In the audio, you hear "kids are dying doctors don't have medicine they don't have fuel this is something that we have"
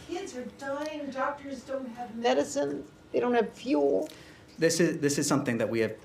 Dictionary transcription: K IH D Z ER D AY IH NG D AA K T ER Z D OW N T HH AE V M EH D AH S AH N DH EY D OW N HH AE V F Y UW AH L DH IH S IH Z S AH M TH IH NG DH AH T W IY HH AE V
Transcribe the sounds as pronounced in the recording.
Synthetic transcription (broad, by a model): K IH D Z ER D AY IH NG D AA K T ER Z D OW N T HH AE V M EH D AH S AH N DH EY D OW N HH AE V F Y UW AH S DH IH S IH Z S AH M TH IH NG DH AH T W IY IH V